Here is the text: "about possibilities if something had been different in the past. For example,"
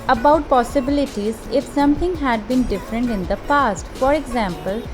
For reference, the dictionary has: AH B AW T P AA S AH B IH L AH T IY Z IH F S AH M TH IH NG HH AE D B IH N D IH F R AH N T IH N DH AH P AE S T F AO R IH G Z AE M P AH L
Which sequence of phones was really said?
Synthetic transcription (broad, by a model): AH B AW T P AA S AH B IH L AH T IY Z IH F S AH M T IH NG HH AE D B IH N D IH F R AH N T IH N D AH P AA S T F AO R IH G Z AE M P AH L